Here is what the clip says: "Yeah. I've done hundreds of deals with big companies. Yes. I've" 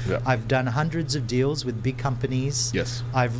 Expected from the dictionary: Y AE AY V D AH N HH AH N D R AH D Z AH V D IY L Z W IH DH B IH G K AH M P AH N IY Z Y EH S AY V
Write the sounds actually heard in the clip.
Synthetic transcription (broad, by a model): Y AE AY V D AH N HH AH N D R AH D Z AH V D IY L Z W IH DH B IH G K AH M P AH N IY Z Y EH S AY V